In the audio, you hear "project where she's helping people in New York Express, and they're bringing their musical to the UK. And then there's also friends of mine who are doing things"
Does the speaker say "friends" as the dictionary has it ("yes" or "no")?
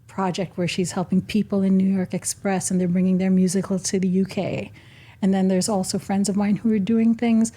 yes